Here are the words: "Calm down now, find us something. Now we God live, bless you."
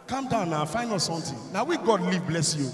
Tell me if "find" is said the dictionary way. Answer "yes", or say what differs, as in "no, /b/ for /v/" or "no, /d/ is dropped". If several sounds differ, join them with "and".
no, /d/ is dropped